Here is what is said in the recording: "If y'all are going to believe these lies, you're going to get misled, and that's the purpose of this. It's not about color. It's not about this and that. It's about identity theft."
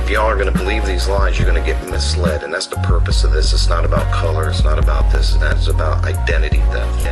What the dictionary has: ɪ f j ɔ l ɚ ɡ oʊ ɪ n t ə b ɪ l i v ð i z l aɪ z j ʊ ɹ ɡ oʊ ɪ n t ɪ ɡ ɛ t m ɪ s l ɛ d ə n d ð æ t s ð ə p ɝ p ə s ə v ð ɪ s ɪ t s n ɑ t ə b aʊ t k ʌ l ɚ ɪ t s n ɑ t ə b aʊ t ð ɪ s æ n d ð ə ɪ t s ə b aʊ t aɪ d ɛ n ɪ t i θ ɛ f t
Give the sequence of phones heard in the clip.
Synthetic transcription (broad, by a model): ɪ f j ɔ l ɚ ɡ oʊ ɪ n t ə b ɪ l i v ð i z l aɪ z j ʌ ɹ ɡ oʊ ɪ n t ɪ ɡ ɛ t m ɪ s l ɛ d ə n ð æ t s ð ə p ɝ p ə s ə v ð ɪ s ɪ t s n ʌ t ə b aʊ t k ʌ l ɚ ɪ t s n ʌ t ə b aʊ t ð ɪ s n ð ə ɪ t s ə b aʊ t aɪ d ɛ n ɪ t i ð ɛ